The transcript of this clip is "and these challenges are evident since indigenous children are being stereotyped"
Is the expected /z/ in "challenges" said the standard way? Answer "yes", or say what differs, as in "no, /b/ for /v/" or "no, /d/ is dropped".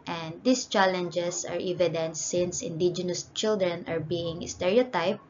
no, /s/ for /z/